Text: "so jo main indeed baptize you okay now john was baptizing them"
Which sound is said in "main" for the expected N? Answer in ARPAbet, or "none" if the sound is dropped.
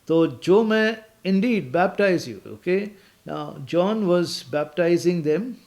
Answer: none